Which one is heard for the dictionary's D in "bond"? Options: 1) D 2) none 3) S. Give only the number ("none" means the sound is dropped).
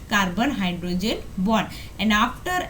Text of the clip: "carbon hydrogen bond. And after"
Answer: 2